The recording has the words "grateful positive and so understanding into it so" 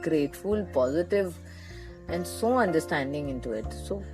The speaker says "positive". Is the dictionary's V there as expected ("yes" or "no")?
yes